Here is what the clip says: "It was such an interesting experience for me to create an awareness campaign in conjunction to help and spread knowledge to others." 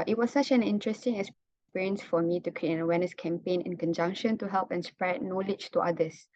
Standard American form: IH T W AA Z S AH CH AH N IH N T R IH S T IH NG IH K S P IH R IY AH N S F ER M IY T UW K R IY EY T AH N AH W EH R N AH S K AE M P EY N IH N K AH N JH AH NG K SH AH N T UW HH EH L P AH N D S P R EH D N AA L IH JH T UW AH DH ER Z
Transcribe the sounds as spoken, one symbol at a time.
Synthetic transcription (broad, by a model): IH T W AA S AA CH AH N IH N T R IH S T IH NG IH S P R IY N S F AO M IY T UW K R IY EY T AH N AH W EH N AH S K AE M P EY N IH N K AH N JH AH NG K SH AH N T UW HH EH L P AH N S P R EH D N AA L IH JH T UW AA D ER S